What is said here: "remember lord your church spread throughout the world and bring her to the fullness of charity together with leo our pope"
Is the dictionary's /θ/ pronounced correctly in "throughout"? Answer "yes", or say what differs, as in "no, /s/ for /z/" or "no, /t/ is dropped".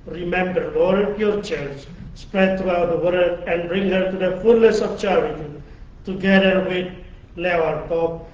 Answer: no, /t/ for /θ/